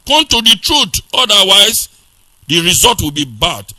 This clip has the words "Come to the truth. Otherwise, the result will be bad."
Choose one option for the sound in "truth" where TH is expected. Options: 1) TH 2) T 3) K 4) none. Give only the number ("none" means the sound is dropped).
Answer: 2